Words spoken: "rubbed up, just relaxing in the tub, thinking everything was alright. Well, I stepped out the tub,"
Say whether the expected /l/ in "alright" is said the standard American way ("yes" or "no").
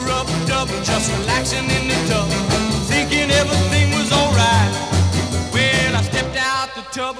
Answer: yes